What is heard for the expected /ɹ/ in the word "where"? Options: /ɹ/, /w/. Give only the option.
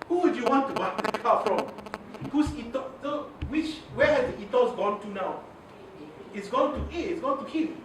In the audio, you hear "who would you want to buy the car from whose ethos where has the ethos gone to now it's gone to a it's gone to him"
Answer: /w/